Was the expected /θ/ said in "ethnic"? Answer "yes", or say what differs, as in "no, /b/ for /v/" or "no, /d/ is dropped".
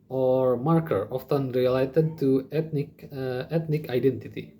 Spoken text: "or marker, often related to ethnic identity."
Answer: no, /t/ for /θ/